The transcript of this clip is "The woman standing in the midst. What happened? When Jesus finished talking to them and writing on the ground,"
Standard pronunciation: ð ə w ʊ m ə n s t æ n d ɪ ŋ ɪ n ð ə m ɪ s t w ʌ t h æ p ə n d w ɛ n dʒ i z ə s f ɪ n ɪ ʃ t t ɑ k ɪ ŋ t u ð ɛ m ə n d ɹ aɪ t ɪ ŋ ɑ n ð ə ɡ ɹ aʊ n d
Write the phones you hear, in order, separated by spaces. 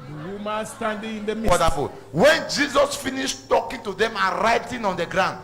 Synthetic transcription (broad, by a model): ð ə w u m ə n s t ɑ n d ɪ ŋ ɪ n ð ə m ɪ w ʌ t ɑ f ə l w ɛ n dʒ i z ə s f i n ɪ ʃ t t ɑ k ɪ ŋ t u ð ɛ m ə n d ɹ aɪ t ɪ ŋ ɑ n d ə ɡ ɹ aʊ n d